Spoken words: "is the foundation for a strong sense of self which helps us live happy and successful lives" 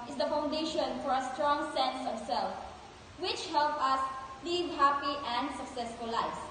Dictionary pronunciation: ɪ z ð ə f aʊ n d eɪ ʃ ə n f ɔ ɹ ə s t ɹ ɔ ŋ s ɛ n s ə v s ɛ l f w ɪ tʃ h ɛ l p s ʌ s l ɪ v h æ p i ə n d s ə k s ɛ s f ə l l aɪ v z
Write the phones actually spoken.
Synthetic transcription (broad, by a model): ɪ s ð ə f aʊ n d eɪ ʃ ə n f ɔ ɹ ə s t ɹ ɔ ŋ s ɛ n s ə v s ɛ l f w ɪ tʃ h ɛ l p ʌ s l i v h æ p i ə n d s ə k s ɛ s f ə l l aɪ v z